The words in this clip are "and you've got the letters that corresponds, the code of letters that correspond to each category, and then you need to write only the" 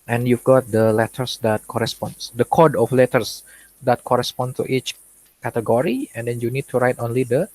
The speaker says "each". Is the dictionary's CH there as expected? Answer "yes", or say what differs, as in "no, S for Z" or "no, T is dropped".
yes